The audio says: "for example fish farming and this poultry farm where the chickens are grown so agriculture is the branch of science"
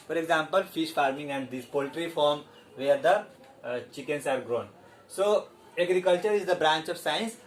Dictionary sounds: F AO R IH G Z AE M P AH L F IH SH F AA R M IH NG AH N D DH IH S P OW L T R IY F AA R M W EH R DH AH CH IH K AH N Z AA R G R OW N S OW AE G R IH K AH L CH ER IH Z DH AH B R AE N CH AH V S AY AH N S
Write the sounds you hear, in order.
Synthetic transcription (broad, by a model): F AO R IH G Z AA M P AH L F IH SH F AA R M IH NG AH N D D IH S P OW L T R IY F AA R M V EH R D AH CH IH K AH N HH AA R G R OW N S OW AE G R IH K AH L CH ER IH Z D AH B R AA N CH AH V S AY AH N S